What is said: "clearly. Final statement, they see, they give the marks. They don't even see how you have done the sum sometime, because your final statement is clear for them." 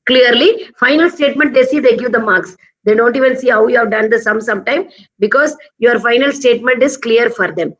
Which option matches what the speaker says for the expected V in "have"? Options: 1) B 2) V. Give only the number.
2